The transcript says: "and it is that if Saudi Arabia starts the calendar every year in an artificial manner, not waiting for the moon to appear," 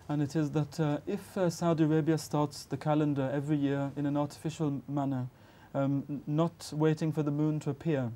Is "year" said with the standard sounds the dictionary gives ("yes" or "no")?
yes